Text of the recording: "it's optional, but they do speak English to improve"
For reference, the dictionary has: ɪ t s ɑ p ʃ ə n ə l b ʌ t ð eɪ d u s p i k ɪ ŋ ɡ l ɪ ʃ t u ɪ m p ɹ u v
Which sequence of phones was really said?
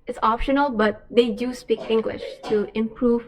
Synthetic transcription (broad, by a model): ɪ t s ɑ p ʃ ə n ə l b ʌ t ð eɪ d u s p i k ɪ ŋ ɡ l ɪ ʃ t u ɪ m p ɹ u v